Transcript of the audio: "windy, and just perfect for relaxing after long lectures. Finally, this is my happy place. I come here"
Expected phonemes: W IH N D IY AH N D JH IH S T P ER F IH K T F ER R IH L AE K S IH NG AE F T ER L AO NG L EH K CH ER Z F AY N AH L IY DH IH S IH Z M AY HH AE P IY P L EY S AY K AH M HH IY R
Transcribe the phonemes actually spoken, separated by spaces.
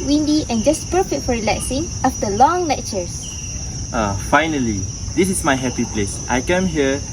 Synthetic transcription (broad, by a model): W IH N D IY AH N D JH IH S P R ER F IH T F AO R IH L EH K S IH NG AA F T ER L AO NG L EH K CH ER S F AY N AH L IY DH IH S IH S M AY HH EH P IY P L EY S AY K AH M HH IY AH